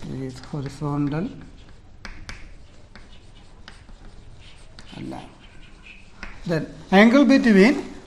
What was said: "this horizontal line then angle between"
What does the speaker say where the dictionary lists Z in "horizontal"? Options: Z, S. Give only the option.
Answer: S